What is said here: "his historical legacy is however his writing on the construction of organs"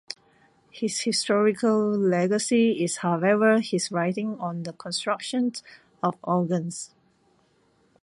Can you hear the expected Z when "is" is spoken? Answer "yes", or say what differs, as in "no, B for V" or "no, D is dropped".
no, S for Z